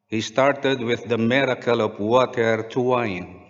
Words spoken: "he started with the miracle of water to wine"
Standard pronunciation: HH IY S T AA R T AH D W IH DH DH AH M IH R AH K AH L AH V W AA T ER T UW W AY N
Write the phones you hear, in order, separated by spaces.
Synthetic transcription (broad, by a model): HH IY S T AA R T AH D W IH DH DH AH M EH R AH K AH L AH P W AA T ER T UW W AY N